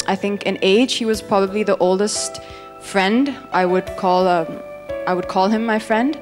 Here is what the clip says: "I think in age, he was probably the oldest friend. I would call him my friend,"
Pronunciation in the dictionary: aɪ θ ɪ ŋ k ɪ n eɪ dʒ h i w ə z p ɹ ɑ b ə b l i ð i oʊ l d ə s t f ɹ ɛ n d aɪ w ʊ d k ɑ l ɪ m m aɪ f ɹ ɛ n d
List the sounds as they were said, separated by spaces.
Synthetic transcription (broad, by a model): aɪ θ ɪ ŋ k ɪ n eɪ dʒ h i w ə z p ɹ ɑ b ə b l i ð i oʊ l d ə s t f ɹ ɛ n d aɪ w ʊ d k ɑ l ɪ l m aɪ f ɹ ɛ n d